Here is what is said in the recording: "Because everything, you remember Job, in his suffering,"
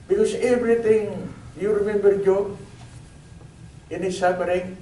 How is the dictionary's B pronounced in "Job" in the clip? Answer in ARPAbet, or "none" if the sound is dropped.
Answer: none